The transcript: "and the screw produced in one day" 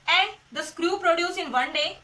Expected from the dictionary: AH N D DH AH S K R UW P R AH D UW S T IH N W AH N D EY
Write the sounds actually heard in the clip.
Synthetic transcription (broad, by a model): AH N D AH S K R UW P R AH D UW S IH N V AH N D EY